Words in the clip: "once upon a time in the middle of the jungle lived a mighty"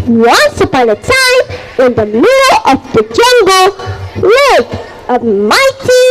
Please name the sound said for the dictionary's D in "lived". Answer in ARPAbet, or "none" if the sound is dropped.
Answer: none